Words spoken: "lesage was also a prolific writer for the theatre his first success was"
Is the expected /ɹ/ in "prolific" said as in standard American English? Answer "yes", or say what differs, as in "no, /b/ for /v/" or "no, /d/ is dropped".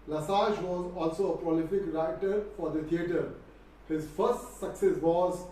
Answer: yes